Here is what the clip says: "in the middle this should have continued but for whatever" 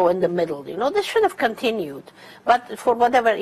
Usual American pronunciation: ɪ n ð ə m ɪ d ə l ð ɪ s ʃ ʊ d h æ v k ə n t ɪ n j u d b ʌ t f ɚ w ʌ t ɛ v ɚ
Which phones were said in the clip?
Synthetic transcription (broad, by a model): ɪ n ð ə m ɪ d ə n ð ɪ s ʃ ʊ d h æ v k ə n t ɪ n j u d b ʌ t f ɚ w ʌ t ɛ v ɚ